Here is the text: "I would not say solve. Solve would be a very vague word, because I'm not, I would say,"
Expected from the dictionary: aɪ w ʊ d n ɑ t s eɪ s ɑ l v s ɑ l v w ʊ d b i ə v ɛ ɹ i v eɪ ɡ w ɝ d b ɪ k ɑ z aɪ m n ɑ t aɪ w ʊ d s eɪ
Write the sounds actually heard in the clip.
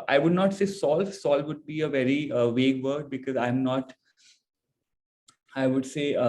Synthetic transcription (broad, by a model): aɪ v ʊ d n ɑ t s eɪ s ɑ l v s ɑ l v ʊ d b i ə v ɛ ɹ i v eɪ ɡ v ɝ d b ɪ k ɑ z aɪ m n ɑ t aɪ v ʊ d s eɪ